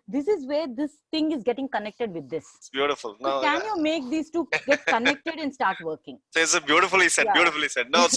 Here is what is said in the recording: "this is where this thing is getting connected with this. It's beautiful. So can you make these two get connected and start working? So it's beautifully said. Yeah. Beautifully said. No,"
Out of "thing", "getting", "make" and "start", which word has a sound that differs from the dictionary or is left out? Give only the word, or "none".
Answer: thing